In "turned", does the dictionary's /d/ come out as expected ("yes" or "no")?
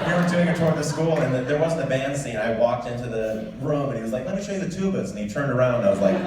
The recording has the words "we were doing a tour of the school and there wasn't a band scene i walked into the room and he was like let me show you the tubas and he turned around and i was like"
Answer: yes